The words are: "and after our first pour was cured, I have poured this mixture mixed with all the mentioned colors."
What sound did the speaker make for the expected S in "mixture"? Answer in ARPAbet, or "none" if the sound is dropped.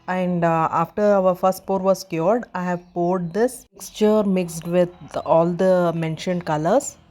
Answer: S